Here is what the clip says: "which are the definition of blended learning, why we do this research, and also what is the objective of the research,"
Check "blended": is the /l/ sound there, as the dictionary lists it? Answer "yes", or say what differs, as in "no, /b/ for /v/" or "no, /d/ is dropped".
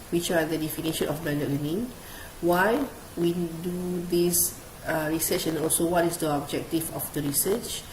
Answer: no, /l/ is dropped